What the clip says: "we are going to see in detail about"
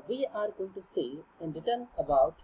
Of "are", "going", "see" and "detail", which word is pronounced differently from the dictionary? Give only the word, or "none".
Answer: detail